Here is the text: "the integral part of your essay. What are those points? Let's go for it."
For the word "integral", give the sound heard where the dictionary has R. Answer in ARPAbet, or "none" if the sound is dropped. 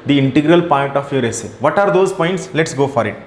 R